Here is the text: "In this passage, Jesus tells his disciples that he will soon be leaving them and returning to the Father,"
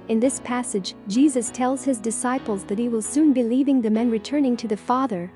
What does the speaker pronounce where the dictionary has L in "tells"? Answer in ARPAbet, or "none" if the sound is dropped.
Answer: L